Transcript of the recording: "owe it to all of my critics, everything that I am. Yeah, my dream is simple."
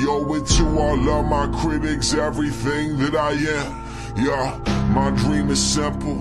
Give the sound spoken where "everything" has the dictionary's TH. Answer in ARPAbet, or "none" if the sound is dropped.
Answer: TH